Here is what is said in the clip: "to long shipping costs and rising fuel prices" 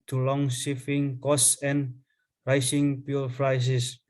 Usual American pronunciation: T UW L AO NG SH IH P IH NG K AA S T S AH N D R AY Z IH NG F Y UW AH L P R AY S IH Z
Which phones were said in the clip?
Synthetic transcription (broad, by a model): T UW L AO NG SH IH F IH NG K AA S S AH N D R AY S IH NG P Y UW L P R AY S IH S